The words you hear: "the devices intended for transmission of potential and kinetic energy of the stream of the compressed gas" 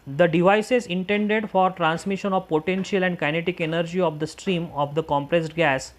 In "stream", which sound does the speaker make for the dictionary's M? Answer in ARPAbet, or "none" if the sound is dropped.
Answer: M